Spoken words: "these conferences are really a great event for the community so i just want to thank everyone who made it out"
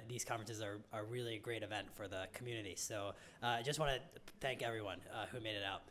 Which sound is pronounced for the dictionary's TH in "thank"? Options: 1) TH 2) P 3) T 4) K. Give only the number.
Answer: 1